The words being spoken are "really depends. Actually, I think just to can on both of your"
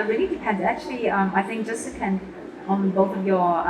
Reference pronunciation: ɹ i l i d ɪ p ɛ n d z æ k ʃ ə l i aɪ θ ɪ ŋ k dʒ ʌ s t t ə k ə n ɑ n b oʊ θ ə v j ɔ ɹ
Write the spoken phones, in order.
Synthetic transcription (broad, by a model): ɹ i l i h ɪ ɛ d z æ k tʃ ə l i aɪ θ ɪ ŋ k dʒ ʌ s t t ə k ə n ɑ n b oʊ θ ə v j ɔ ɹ